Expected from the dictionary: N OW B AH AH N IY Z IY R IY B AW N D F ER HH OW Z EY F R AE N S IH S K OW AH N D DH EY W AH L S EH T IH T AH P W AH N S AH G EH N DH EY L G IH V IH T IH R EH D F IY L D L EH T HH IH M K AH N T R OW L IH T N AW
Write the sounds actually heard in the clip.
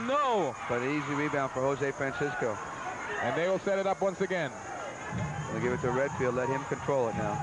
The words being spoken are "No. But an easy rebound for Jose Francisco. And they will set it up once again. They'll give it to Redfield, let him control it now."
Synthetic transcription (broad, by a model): N OW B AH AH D IY Z IY R IY B AW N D F ER HH OW Z EY F R AE N S IH S K OW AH N DH EY W AH L S EH T IH T AH P W AH N S AH G EH N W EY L G IH V IH T IH R EH D F IY L D L EH T HH IH M K AH N T R OW L IH T N AW